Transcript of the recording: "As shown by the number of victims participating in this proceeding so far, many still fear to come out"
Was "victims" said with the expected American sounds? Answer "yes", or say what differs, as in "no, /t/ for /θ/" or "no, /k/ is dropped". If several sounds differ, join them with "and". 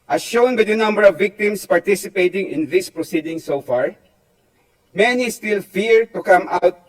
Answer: no, /s/ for /z/